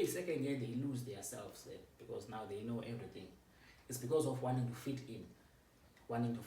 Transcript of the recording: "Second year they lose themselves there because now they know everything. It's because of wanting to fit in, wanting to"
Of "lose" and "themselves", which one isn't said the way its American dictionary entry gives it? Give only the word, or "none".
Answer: themselves